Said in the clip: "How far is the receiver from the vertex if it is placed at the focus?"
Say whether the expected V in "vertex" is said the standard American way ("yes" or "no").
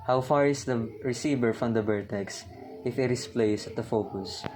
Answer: no